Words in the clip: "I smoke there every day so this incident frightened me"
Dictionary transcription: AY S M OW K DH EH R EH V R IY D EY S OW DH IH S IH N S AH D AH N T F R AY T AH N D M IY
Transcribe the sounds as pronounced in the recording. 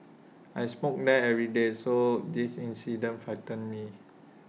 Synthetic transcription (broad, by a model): AY S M OW K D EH EH V R IY D EY S OW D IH S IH N S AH D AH N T F AY T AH N M IY